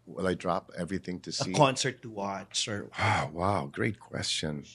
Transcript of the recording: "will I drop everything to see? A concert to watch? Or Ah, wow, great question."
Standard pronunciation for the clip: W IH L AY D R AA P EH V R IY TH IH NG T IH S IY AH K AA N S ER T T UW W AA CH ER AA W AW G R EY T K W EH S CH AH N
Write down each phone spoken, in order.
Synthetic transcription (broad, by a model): W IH L AY D R AA P EH V R IY TH IH NG T IH S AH AH K AA N S ER T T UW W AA S ER AA W AW G R EY T K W EH S CH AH N